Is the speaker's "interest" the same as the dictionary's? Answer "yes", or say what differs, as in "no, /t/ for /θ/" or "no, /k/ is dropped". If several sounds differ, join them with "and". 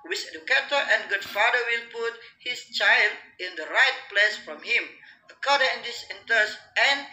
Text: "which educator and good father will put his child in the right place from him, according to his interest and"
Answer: no, /ɹ/ is dropped